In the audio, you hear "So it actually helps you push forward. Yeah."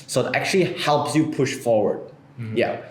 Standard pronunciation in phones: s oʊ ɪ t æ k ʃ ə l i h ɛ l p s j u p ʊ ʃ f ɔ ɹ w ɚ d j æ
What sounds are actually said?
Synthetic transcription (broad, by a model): s oʊ ɪ t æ k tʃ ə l i h ɛ l p s j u p ʊ ʃ f ɔ ɹ w ɚ d j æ